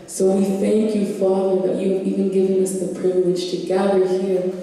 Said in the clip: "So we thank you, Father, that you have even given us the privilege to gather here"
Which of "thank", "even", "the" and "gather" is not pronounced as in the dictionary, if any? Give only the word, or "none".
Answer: none